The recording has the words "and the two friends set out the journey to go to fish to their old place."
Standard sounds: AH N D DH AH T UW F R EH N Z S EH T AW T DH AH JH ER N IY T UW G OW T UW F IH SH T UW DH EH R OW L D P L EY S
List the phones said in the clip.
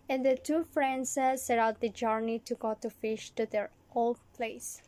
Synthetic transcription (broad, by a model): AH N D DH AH T UW F R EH N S S EH T AW T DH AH JH ER N IY T UW G OW T UW F IH SH T UW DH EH R OW L D P L EY S